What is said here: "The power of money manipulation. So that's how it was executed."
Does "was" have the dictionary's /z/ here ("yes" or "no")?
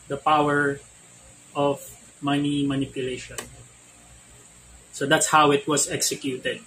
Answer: no